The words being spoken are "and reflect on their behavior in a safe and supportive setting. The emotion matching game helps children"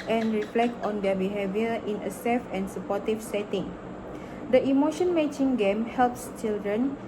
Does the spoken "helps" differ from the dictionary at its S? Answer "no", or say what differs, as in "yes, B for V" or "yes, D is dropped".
no